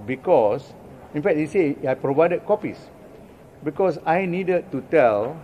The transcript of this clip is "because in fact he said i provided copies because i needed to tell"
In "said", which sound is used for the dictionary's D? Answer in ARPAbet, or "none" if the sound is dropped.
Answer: none